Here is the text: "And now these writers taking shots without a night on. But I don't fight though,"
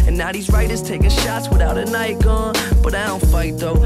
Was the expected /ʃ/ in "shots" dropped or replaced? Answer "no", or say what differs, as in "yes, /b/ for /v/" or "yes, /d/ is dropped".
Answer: no